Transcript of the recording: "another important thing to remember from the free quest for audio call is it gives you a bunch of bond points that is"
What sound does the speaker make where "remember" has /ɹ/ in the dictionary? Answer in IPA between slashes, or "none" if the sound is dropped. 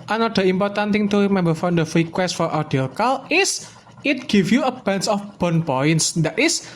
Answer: /w/